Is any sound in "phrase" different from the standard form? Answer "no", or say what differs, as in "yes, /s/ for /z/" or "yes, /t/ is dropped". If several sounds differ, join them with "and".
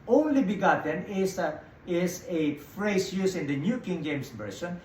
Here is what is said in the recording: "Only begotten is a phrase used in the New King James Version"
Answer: yes, /s/ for /z/